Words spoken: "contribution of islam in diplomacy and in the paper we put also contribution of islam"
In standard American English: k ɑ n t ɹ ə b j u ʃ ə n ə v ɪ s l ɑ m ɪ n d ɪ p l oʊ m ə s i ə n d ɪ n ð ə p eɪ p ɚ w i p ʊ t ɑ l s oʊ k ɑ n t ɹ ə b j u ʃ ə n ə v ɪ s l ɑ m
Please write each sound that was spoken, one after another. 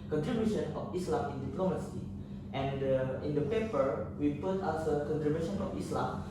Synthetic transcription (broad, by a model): k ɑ n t ɹ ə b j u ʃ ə n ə f ɪ s l ɑ m ɪ n d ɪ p l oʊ m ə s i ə n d ɪ n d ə p eɪ p ɚ w i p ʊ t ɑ s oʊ k ɑ n t ɹ ə b j u ʃ ə n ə f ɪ s l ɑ m